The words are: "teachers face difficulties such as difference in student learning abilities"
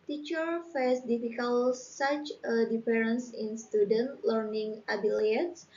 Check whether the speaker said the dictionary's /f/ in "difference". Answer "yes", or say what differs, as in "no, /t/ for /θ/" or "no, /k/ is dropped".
no, /f/ is dropped